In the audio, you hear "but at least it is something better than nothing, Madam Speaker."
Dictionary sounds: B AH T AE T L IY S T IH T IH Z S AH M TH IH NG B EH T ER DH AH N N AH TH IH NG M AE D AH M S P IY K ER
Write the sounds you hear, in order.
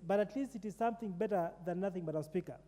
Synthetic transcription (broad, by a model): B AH T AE T L IY S T IH T IH Z S AH M TH IH NG B EH T ER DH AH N N AH TH IH NG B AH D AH S P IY K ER